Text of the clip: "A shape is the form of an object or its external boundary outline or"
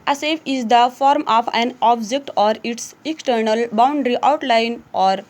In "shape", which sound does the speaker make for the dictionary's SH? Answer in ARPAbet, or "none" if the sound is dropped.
S